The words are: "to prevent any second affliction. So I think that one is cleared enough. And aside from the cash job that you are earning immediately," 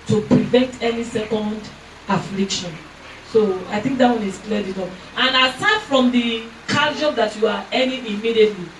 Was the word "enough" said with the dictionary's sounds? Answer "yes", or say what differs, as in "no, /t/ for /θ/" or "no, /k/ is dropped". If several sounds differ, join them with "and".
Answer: no, /p/ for /f/